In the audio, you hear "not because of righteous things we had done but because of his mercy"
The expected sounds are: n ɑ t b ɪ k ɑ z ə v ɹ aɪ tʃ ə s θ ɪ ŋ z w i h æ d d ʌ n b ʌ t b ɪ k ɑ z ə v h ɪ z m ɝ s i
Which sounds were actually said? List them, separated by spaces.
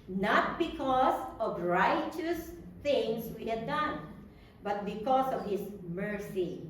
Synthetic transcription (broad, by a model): n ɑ t b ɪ k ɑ s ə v ɹ aɪ tʃ ə s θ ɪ ŋ s w i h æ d d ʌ n b ʌ t b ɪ k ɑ s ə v h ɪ s m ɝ s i